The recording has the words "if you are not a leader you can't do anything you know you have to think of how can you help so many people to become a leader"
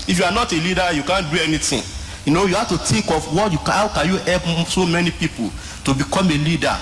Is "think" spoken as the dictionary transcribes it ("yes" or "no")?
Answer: no